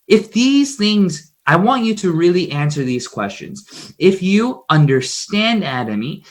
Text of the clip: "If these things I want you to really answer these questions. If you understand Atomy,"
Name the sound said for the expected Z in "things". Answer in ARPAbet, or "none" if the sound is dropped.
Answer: Z